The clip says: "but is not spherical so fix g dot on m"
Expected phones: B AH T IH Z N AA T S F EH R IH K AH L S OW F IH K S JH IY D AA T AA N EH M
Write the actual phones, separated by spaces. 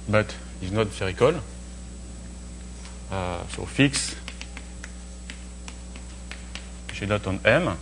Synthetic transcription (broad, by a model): B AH T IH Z N AA T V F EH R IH K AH L S OW F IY K S SH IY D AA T AA N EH M